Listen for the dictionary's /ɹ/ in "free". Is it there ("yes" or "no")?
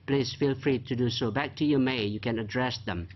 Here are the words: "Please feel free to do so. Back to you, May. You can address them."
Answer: yes